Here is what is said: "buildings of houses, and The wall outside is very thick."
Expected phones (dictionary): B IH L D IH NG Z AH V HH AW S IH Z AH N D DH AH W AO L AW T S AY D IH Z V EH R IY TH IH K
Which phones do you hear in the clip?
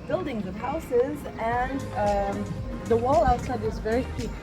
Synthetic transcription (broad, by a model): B IH L D IH NG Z AH V HH AW S IH Z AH N DH AH W AO L AW T S AY D IH Z V EH R IY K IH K